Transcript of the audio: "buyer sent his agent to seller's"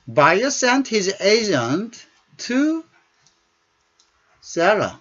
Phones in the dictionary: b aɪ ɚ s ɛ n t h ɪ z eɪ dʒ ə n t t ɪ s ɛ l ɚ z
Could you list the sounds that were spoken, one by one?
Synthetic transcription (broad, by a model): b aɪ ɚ s ɛ n t h ɪ z eɪ dʒ ə n t t ɪ s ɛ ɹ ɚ